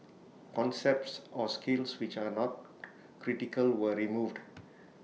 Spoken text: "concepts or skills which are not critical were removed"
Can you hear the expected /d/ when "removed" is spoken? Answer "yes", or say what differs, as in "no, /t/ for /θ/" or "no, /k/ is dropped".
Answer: yes